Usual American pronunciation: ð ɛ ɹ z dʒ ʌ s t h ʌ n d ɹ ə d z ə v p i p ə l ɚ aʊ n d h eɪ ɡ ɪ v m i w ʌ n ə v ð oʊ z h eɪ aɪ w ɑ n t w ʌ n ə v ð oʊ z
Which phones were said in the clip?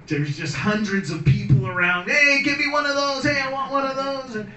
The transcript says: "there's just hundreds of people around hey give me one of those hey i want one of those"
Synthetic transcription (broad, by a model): ð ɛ ɹ z dʒ ʌ s t h ʌ n d ɹ ə d z ə v p i p l ɚ aʊ n d h eɪ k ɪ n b i w ʌ n ə v ð oʊ z h eɪ aɪ w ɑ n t w ʌ n ə v ð oʊ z